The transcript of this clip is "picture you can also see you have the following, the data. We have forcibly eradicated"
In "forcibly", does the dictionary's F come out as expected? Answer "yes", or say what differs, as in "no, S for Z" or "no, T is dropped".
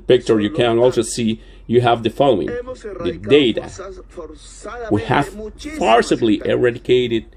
no, P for F